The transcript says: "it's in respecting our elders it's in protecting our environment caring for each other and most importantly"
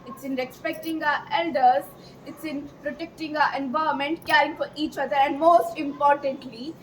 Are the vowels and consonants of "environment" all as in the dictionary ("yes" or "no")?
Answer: no